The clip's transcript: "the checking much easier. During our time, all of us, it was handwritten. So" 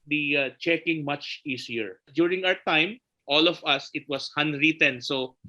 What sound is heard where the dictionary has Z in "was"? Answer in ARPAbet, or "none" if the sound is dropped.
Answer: S